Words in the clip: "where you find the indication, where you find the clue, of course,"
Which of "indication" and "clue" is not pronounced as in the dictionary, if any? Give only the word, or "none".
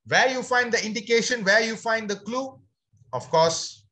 none